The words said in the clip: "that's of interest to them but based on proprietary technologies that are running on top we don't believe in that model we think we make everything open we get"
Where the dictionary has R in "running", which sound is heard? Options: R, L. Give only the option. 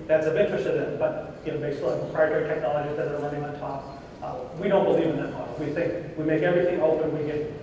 L